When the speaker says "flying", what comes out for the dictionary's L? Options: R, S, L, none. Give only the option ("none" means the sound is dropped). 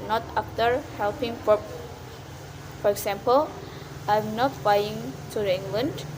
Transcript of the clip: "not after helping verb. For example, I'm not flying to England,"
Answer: none